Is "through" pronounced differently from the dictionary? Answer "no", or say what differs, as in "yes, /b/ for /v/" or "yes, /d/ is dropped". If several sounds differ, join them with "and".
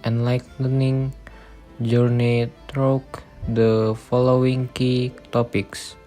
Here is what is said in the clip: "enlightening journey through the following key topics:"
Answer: yes, /t/ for /θ/